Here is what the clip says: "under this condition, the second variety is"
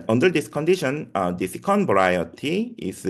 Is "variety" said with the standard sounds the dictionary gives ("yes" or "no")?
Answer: no